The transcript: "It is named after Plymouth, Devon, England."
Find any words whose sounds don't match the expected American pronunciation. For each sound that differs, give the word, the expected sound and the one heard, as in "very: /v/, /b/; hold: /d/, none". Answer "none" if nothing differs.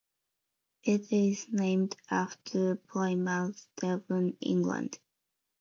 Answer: plymouth: /θ/, /s/